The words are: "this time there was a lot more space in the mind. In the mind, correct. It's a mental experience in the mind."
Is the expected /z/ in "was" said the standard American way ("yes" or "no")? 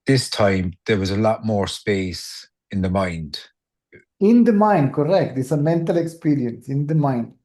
yes